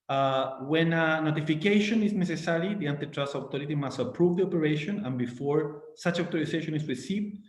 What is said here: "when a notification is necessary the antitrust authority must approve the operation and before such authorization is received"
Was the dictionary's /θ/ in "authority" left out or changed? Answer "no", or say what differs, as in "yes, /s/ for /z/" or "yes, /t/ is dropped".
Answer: yes, /t/ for /θ/